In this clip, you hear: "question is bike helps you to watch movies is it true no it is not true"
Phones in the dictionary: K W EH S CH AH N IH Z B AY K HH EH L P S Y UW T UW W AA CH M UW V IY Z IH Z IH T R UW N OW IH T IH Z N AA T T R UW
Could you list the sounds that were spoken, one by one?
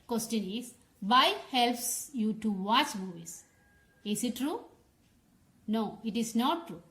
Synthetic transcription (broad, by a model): K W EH S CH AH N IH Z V AY HH EH L P S Y UW T UW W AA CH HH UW IY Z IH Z IH T R UW N OW IH T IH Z N AA T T R UW